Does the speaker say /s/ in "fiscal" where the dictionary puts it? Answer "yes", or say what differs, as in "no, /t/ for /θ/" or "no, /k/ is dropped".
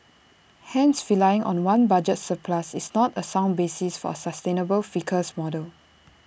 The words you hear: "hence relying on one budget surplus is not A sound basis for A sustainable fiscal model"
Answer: no, /s/ is dropped